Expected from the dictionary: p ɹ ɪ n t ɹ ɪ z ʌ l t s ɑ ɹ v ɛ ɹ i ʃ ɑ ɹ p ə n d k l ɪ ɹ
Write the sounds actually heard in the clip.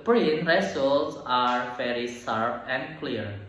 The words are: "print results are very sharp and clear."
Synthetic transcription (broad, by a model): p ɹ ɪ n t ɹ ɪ s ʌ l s ɑ ɹ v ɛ ɹ i s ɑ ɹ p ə n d k l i ɹ